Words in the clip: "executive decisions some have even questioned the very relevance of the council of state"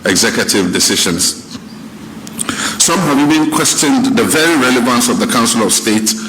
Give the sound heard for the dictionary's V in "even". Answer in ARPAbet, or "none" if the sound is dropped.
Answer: B